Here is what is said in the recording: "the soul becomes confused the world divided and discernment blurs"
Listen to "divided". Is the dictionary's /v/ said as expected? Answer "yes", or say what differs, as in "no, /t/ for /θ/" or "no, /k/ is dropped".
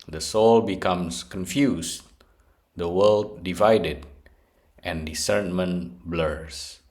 yes